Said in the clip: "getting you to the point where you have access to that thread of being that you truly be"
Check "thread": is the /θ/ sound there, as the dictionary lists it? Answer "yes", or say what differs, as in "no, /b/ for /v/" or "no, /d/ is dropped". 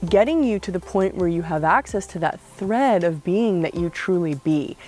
yes